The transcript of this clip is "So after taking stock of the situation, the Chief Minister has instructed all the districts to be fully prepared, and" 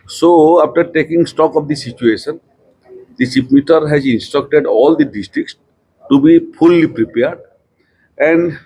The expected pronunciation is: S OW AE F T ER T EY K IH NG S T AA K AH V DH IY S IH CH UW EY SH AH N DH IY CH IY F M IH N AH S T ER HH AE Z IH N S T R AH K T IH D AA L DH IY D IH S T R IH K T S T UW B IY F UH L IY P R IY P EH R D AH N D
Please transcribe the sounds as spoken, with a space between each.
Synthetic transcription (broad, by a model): S OW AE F T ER T EY K IH NG S T AA K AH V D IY S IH CH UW EY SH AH N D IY S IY P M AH T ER HH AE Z IH N S T R AH K T IH D AA L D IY D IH S T R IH K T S T UW B IY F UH L IY P R IY P EH R D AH N D